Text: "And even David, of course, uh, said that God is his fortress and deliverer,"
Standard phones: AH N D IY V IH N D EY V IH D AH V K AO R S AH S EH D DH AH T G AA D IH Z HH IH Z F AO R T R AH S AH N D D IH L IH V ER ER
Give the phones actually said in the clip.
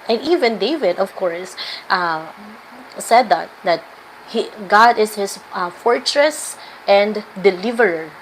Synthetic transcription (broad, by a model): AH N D IY V IH N D EY V IH D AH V K AO R S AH S EH D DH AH T G AA D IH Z HH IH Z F AO R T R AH S AH N D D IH L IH V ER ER